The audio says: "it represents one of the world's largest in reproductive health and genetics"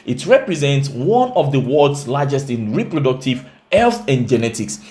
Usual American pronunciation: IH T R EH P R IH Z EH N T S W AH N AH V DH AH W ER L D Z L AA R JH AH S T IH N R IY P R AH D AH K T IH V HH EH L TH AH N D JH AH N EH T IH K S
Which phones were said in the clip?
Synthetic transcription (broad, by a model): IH T R EH P R IH Z EH N T S W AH N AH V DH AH W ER D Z L AA JH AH S T IH N R IY P R AH D AH K T IH V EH L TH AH N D JH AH N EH T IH K S